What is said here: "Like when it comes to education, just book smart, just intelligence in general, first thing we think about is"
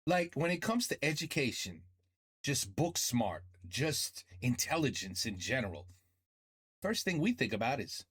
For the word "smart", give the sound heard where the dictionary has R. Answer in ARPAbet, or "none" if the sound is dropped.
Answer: R